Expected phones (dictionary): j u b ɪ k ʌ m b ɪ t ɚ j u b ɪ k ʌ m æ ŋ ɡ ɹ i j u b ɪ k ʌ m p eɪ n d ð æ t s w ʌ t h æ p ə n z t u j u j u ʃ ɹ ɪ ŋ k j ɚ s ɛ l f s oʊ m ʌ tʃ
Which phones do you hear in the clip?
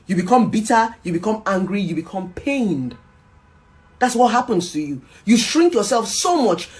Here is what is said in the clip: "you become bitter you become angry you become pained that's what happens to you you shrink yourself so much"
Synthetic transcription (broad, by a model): j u b ɪ k ʌ m b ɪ t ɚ j u b ɪ k ʌ m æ ŋ ɡ ɹ i j u b ɪ k ʌ m p eɪ n d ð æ t s w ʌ t h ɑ p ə n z t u j u j u ʃ ɹ ɪ ŋ k j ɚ s ɛ l f s oʊ m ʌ tʃ